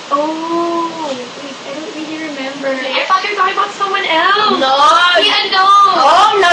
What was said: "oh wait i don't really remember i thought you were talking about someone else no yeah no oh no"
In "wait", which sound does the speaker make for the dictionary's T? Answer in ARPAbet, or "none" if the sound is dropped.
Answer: none